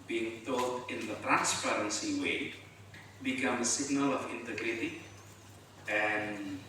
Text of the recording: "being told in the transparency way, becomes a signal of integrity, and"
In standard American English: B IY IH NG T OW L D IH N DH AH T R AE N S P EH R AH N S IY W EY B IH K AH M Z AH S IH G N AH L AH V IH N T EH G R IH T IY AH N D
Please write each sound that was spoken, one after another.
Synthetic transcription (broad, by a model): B IY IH NG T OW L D IH N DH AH T R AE N S P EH R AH N S IY W EY B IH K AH M AH S IH G N AH L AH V IH N T EH G R IH T IY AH N